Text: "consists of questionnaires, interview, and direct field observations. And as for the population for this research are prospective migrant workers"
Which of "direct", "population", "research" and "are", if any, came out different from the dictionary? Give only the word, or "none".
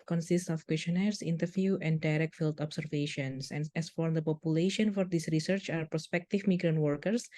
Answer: none